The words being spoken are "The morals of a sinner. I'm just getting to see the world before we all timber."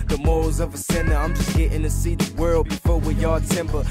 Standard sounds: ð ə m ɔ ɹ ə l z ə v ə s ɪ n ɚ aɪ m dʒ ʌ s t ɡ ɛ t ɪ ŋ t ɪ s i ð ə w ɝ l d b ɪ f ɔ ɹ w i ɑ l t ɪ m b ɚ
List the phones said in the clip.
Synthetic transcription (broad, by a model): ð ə m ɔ ə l z ə v ə s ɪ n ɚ aɪ m dʒ ʌ s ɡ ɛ t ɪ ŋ t ɪ s i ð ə w ɝ l d b ɪ f ɔ ɹ w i ɑ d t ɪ m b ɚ